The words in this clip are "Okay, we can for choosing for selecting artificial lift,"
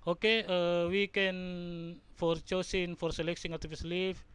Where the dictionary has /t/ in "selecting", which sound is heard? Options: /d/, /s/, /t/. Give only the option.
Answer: /s/